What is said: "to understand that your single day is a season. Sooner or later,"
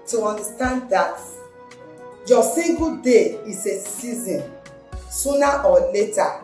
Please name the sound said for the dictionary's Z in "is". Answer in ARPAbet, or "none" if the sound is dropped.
S